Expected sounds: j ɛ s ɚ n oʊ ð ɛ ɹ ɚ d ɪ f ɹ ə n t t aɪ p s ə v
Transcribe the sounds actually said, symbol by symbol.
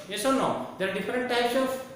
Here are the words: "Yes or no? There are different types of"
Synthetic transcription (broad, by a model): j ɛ s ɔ n oʊ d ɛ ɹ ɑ d ɪ f ɹ ə n t t aɪ p s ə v